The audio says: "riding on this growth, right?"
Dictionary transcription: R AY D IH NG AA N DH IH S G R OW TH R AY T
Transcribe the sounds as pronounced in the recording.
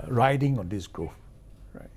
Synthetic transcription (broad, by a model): R AY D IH NG AA N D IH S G R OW F R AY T